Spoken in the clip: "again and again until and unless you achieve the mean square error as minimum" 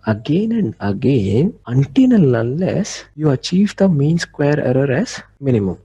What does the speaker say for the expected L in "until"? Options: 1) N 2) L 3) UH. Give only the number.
1